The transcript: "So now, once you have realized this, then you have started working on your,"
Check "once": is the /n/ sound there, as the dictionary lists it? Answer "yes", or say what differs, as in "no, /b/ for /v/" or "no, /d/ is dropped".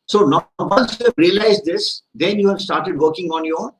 no, /l/ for /n/